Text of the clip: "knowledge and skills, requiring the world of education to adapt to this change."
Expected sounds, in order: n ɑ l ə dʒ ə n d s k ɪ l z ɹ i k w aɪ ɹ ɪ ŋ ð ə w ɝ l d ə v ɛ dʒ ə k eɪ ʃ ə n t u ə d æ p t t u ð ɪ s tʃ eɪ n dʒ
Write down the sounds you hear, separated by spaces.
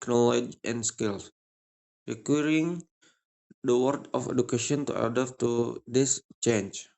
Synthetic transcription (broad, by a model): n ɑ l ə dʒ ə n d s k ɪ l s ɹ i k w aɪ ɹ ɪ ŋ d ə w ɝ d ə f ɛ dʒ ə k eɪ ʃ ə n t u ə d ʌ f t t u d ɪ s tʃ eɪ n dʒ